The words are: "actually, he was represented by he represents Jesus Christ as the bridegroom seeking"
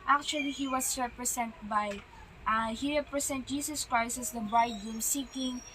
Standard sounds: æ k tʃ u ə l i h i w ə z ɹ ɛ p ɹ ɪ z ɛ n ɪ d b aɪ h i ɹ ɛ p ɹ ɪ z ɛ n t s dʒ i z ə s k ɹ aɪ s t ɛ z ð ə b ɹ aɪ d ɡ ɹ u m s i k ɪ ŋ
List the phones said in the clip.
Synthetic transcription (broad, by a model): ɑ k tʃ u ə l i h i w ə s ɹ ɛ p ɹ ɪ s ɛ n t b aɪ h i ɹ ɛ p ɹ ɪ s ɛ n t dʒ i s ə s k ɹ aɪ s t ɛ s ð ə b ɹ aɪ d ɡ ɛ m s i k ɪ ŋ